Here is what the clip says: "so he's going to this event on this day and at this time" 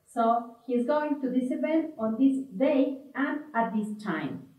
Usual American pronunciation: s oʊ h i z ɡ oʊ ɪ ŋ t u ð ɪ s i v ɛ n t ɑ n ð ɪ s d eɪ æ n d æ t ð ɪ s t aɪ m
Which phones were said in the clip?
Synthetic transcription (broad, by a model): s oʊ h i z ɡ oʊ ɪ ŋ t u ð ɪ s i p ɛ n ɑ n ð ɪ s d eɪ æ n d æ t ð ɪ s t aɪ m